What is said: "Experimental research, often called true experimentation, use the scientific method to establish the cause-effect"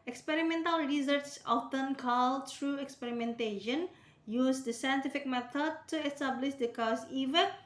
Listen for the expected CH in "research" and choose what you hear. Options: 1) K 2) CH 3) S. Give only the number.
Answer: 3